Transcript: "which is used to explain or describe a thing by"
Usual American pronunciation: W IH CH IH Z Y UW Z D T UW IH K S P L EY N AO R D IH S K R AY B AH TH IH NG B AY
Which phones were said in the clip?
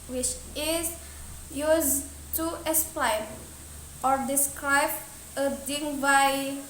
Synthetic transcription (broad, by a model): W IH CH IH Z Y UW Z T UW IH S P L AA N AO R D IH S K R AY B AH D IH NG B AY